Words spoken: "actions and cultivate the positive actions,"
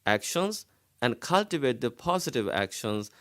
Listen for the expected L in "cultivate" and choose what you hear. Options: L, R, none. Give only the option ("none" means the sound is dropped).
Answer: L